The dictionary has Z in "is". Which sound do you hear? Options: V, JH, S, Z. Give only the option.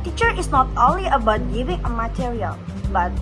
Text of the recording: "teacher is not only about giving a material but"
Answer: S